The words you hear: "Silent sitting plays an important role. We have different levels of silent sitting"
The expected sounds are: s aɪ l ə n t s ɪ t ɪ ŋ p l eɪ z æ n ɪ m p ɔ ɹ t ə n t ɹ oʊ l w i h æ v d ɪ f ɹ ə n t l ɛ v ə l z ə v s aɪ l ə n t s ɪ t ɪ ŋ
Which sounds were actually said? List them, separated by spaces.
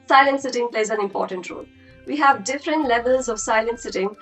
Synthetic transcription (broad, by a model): s aɪ l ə n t s ɪ t ɪ ŋ p l eɪ z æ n ɪ m p ɔ ɹ t ə n t ɹ oʊ l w i h æ v d ɪ f ɹ ə n t l ɛ v ə l z ə v s aɪ l ə n t s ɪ t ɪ ŋ